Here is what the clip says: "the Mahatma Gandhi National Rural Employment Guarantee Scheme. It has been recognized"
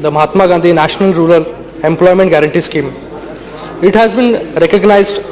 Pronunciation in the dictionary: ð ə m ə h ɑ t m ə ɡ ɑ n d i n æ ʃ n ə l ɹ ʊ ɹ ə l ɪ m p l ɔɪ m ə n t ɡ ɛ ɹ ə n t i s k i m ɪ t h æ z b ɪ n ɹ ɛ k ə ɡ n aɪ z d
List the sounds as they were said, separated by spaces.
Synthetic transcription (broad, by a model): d ə m ə h ɑ t m ə ɡ ɑ n d i n æ ʃ n ə l ɹ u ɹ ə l ɪ m p l ɔɪ m ə n t ɡ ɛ ɹ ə n t i s k i m ɪ t h æ z b ɪ n ɹ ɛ k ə ɡ n aɪ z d